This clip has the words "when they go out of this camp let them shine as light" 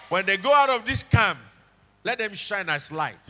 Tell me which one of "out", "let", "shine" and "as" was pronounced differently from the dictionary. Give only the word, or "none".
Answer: as